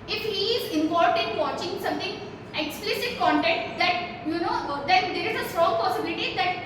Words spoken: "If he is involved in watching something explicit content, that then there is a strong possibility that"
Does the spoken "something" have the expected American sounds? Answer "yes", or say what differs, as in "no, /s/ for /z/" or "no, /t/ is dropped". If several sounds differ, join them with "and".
no, /t/ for /θ/